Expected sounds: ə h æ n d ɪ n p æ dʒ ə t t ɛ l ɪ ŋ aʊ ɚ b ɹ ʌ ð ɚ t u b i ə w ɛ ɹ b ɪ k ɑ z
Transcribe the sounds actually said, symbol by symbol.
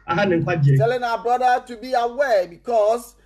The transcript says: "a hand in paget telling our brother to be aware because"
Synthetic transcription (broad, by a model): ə h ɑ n ɪ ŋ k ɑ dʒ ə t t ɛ l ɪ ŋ aʊ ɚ b ɹ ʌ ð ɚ t u b i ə w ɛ b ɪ k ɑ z